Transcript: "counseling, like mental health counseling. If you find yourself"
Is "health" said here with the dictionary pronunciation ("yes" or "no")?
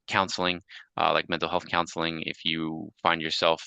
yes